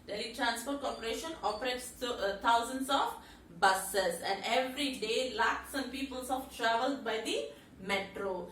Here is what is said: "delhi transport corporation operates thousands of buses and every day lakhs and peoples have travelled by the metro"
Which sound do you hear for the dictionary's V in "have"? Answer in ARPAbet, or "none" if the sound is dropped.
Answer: F